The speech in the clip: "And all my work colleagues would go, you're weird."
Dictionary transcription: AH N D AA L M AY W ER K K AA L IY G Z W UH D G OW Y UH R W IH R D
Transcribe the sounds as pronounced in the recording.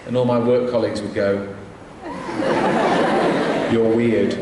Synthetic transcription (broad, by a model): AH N AA L M AY W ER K K AA L IY G Z W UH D G OW Y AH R W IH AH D